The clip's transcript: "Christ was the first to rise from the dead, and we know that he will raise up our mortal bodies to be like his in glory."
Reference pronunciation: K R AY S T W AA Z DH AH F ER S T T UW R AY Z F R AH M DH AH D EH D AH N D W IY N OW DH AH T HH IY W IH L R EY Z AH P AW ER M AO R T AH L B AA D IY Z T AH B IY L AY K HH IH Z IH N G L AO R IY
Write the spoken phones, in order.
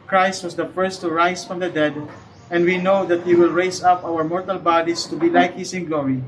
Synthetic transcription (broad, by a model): K R AY S T W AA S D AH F ER S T T UW R AY S F R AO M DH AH D EH D AH N D W IY N OW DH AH T HH IY W IH L R EY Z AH P AW ER M AO R T AH L B AA D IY S T AH B IY L AY K HH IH S IH N G L AO R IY